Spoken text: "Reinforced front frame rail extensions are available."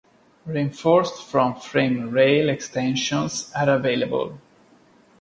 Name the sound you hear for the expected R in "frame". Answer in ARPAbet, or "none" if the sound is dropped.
R